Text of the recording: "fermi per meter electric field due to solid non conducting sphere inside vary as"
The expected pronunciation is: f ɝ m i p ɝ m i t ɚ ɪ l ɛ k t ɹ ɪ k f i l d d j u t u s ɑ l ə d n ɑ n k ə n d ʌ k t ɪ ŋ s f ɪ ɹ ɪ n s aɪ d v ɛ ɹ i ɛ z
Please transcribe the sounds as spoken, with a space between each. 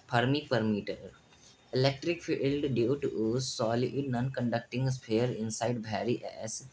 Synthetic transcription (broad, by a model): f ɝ m i p ɝ m i t ɚ ɪ l ɛ k t ɹ ɪ k f i l d d j u t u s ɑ l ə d n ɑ n k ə n d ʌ k t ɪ ŋ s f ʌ ɹ ɪ n s aɪ d b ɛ ɹ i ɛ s